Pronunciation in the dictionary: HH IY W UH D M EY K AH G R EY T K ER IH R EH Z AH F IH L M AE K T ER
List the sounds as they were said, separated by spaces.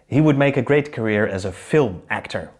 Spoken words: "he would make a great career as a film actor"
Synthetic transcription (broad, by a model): HH IY W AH D M EY K AH G R EY T K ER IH R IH Z AH F IH L M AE K T ER